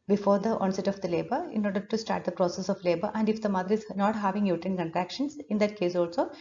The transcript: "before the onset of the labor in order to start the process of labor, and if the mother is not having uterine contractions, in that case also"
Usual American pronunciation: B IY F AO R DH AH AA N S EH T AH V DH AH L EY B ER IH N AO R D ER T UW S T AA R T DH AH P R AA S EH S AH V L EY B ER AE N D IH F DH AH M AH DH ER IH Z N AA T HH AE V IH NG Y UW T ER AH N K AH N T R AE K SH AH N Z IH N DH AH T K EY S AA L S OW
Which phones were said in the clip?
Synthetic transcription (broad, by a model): B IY F AO R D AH AA N S EH T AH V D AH L EY B ER IH N AO R D ER T UW S T AA R T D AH P R AA S EH S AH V L EY B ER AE N D IH F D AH M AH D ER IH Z N AA T HH AE V IH NG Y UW T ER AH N K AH N T R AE K SH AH N S IH N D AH T K EY S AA L S OW